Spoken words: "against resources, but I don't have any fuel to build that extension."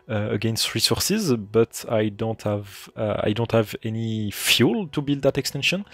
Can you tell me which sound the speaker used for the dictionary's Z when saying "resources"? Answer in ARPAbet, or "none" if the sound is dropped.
Z